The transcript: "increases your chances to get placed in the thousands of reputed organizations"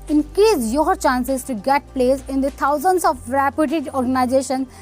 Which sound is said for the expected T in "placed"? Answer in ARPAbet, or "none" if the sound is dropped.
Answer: none